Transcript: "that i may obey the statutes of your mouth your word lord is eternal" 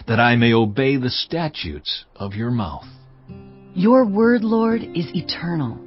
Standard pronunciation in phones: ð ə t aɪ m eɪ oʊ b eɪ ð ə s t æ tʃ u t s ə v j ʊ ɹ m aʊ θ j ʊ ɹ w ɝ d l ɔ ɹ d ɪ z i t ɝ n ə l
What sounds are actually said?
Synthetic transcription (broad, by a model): ð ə t aɪ m eɪ oʊ b eɪ ð ə s t æ tʃ u t s ə v j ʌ ɹ m aʊ θ j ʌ ɹ w ɝ d l ɔ ɹ d ɪ z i t ɝ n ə l